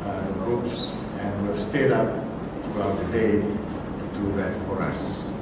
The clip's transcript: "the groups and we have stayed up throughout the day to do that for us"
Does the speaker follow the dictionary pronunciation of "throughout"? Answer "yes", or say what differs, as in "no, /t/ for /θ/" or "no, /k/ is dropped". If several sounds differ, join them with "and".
no, /t/ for /θ/